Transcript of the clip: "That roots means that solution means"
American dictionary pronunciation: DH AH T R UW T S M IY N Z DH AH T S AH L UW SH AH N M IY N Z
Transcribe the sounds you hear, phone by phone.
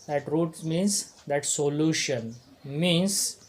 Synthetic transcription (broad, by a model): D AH T R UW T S M IY N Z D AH T S AH L UW SH AH N M IY N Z